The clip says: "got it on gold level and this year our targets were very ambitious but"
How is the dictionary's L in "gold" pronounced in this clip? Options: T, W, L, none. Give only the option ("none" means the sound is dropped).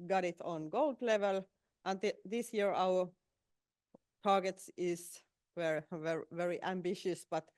L